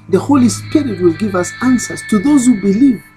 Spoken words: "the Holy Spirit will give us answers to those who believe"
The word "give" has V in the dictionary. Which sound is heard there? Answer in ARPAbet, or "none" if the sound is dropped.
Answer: V